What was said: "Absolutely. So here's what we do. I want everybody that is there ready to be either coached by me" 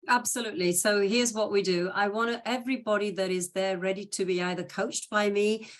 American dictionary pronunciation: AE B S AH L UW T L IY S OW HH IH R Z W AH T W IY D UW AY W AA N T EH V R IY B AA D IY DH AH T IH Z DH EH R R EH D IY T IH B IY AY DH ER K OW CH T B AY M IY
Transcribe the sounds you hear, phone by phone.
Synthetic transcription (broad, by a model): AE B S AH L UW T L IY S OW HH IH R Z W AH T W IY D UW AY W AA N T EH V R IY B AA D IY DH AH T IH Z DH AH R R EH D IY T IH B IY AY DH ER K OW CH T B AY M IY